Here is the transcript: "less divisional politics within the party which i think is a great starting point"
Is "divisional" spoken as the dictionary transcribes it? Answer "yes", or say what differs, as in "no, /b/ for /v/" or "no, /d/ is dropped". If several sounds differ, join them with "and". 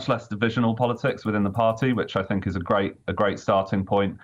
yes